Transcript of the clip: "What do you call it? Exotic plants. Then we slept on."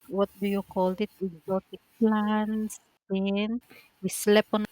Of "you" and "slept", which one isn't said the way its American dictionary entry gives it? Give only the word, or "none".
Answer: slept